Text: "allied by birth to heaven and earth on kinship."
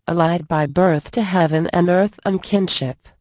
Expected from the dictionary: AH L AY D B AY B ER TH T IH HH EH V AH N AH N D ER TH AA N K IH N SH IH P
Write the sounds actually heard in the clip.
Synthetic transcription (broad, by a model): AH L AY D B AY B ER TH T IH HH EH V AH N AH N ER TH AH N K IH N SH IH P